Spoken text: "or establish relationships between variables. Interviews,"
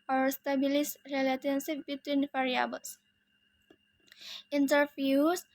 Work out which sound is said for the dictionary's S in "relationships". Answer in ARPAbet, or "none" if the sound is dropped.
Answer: none